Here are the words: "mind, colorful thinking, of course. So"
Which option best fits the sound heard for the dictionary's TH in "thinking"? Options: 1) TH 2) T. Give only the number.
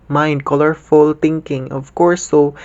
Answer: 2